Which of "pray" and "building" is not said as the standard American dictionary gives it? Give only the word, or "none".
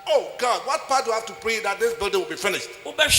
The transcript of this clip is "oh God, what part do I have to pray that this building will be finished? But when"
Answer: none